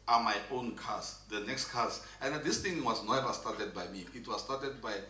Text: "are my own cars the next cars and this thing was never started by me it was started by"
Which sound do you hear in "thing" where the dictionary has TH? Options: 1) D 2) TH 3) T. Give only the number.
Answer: 3